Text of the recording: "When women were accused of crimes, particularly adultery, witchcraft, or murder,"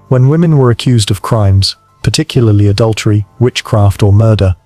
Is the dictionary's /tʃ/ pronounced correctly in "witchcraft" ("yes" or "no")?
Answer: yes